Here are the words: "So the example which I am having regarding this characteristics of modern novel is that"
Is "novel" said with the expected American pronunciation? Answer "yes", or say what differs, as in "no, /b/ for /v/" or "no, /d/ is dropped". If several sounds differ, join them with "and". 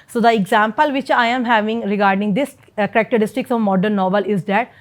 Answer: yes